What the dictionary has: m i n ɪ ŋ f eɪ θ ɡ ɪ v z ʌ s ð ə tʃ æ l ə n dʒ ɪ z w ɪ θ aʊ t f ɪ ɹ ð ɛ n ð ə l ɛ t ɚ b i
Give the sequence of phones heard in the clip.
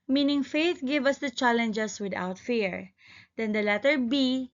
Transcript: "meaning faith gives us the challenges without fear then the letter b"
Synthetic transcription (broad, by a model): m i n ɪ ŋ f eɪ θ ɡ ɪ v ʌ s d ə tʃ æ l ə n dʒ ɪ s w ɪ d aʊ t f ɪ ɹ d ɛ n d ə l ɛ t ɚ b i